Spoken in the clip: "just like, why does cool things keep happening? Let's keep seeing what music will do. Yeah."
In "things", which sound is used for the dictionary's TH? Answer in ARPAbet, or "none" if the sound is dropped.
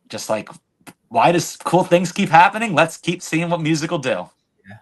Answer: TH